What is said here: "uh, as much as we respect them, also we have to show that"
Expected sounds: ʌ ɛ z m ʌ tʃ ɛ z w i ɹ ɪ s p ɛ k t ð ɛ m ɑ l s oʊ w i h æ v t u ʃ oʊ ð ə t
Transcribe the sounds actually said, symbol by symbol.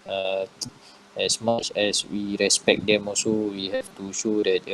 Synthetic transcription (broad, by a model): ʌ ɛ s m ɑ tʃ ɛ s w i ɹ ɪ s p ɛ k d ɛ m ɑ s oʊ w i h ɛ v t u ʃ oʊ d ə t